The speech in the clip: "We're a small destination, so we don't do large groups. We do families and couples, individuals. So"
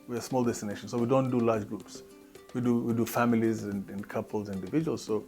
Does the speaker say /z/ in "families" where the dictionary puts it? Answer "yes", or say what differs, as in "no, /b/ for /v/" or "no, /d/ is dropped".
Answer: yes